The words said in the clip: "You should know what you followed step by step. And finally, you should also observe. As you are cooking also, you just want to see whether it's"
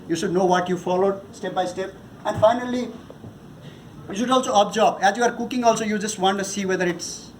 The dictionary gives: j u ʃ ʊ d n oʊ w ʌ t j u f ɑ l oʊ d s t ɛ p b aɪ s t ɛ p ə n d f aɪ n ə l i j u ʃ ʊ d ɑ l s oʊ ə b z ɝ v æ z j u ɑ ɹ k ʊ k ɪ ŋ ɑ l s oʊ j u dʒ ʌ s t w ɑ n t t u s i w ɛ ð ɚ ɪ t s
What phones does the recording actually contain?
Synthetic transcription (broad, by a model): j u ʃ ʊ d n oʊ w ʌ t j u f ɑ l oʊ d s t ɛ p b aɪ s t ɛ p ə n d f aɪ n ə l i j u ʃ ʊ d ɑ l s oʊ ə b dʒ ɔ b æ z j u ɑ ɹ k ʊ k ɪ ŋ ɑ l s oʊ j u dʒ ʌ s t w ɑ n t t u s i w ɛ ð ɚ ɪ t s